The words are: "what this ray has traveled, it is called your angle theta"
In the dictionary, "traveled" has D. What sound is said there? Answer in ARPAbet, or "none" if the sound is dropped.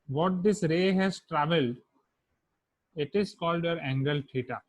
D